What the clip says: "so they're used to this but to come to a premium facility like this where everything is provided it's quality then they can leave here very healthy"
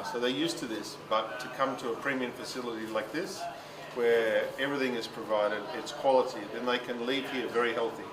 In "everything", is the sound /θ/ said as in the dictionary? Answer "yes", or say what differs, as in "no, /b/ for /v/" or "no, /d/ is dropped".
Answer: yes